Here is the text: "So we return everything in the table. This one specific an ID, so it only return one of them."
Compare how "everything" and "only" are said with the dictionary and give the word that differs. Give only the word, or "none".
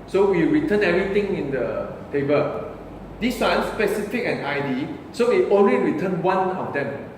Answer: everything